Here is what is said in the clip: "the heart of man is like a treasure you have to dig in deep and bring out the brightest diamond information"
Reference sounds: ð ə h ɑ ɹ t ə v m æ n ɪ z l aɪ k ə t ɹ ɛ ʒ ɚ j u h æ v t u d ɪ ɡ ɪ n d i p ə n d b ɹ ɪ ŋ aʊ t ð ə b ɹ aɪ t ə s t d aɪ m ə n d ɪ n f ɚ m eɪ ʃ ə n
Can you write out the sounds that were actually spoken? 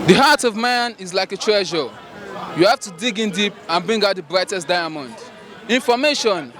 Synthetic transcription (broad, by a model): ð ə h ɑ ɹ t ə v m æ n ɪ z l aɪ k ə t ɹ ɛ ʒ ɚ j u h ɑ f t u d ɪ ɡ ɪ n d i p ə n b ɹ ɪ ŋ aʊ t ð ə b ɹ aɪ t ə s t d aɪ m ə n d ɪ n f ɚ m eɪ ʃ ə n